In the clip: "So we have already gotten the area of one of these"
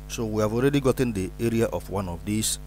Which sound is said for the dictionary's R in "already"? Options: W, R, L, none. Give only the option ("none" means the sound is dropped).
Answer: R